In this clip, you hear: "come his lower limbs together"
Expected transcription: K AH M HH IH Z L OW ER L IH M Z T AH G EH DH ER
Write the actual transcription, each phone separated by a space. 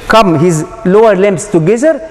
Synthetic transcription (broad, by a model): K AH M HH IH Z L OW ER L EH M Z T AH G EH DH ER